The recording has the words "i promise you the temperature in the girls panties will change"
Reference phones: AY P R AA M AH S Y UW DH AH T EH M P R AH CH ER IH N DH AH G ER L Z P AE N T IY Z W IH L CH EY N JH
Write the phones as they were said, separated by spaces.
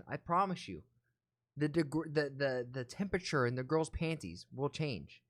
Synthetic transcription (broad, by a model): AY P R AA M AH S Y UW DH AH T EH M P R AH CH ER IH N DH AH G ER L Z P AE N T IY Z W IH L CH EY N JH